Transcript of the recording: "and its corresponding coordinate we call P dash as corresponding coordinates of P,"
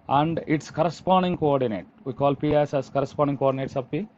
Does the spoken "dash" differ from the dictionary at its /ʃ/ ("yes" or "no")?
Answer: yes